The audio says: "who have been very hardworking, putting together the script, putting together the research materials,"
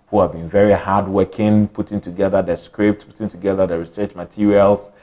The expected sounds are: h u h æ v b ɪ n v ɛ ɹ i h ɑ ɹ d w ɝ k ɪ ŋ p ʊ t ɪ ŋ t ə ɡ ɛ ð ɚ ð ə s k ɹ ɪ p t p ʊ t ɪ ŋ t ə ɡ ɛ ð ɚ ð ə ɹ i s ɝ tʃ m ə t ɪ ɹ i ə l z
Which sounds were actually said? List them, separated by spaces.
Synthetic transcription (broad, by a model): h u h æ v b ɪ n v ɛ ɹ i h ɑ d w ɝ k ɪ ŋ p ʊ t ɪ ŋ t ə ɡ ɛ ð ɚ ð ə s k ɹ ɪ p t p ʊ t ɪ ŋ t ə ɡ ɛ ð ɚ ð ə ɹ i s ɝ tʃ m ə t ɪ ɹ i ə l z